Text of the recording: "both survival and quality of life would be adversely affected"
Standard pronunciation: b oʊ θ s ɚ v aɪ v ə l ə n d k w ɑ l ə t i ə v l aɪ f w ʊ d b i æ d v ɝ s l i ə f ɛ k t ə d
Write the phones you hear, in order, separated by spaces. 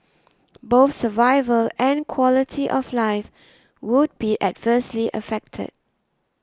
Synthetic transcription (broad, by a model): b oʊ θ s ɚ v aɪ v ə l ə n k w ɑ l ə t i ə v l aɪ f w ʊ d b i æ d v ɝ s l i ə f ɛ k t ə d